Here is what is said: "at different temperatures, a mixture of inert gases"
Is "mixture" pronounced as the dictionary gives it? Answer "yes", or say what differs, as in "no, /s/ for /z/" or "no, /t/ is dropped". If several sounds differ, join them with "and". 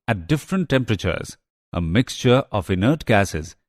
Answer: yes